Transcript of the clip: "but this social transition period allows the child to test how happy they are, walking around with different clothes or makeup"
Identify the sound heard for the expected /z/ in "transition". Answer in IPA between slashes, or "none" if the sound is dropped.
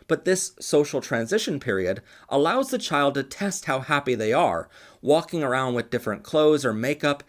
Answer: /z/